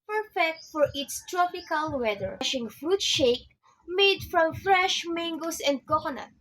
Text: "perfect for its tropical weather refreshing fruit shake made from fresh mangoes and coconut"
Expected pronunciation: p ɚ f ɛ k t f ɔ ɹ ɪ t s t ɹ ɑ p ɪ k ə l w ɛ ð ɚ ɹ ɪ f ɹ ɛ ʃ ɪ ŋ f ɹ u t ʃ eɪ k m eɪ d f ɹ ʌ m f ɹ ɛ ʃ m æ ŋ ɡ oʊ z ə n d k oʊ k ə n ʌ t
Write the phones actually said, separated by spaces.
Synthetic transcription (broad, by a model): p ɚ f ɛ k t f ɔ ɹ ɪ t s t ɹ ɑ p ɪ k ə l w ɛ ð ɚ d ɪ ɹ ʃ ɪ ŋ f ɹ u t ʃ eɪ k m eɪ d f ɹ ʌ m f ɹ ɛ ʃ m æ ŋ ɡ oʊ s ə n d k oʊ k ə n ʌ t